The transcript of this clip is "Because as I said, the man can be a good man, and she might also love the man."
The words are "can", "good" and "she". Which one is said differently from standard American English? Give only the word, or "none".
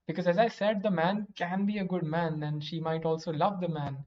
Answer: none